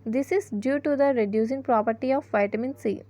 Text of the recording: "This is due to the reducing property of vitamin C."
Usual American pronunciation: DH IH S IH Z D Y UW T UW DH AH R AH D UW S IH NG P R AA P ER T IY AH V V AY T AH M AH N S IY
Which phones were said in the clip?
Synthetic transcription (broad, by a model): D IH S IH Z D Y UW T UW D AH R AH D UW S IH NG P R AA P ER T IY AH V V AY T AH M AH N S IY